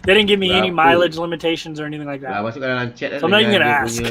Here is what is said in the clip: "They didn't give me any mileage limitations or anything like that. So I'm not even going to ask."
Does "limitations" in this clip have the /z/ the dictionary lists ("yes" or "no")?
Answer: yes